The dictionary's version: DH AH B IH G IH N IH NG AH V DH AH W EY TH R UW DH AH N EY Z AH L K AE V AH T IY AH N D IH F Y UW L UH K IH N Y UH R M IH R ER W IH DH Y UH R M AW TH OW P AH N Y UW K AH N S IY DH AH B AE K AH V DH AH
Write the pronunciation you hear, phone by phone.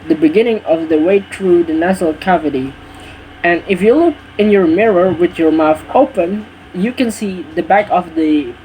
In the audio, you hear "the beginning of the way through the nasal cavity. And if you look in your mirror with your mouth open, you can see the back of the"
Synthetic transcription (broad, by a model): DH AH B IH G IH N IH NG AH V DH AH W EY TH R UW DH AH N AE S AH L K AE V AH T IY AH N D IH F Y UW L UH K IH N Y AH R M IH R ER W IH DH Y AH R M AW TH OW P AH N Y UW K AH N S IY DH AH B AE K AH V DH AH